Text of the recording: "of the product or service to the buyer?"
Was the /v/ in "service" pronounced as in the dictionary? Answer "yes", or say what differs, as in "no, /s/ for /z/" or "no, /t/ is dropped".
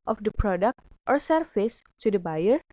no, /f/ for /v/